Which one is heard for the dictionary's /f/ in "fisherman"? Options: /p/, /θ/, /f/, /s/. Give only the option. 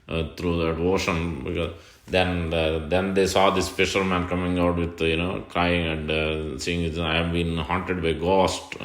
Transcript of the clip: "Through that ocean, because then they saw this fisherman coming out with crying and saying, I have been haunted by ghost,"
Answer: /p/